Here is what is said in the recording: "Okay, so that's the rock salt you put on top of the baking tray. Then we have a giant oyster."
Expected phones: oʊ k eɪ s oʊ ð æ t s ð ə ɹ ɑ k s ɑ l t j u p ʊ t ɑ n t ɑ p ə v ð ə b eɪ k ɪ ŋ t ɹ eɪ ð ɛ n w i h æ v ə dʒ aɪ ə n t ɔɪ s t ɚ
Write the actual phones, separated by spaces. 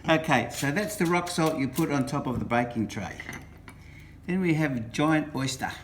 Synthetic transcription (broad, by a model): oʊ k eɪ s oʊ ð æ t s ð ə ɹ ɑ k s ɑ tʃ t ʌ p ʊ t n t ɑ p ə v ð ə b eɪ k ɪ ŋ t ɹ eɪ ð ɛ n w i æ v dʒ aɪ ə n t ɔɪ s t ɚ